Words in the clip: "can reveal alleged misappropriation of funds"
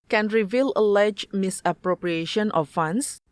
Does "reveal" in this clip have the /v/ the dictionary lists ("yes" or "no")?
yes